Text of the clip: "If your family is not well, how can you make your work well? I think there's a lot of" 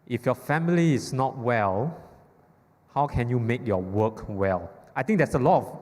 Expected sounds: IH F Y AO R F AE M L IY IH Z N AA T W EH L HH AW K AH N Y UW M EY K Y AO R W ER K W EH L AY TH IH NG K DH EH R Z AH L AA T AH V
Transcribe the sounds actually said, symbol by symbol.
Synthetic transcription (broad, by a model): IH F Y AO F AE M L IY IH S N AA T W EH L HH AW K AH N Y UW M EY K Y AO W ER K W EH L AY T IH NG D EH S AH L AA T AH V